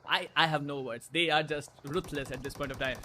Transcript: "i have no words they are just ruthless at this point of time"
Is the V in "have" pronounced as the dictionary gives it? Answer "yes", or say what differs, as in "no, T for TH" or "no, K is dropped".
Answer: yes